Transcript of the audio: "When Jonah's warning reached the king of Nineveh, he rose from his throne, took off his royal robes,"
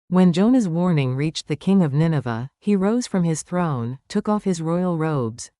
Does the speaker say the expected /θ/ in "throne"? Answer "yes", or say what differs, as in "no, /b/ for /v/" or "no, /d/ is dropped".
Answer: yes